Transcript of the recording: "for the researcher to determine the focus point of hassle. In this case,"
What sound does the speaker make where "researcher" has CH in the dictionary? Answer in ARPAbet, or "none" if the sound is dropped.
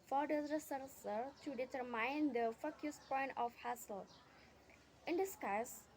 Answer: S